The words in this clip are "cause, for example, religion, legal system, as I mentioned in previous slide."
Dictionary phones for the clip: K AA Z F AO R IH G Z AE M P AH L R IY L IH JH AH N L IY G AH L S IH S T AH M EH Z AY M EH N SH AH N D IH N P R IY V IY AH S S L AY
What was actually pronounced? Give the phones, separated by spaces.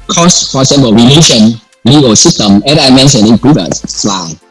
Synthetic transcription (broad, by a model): K AA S F AO R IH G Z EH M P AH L R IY L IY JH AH N L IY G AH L S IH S T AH M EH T AY M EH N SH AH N IH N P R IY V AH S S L AY